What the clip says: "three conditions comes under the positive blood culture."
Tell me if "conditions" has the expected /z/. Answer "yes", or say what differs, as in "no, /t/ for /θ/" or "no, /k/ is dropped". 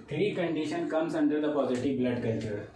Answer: no, /z/ is dropped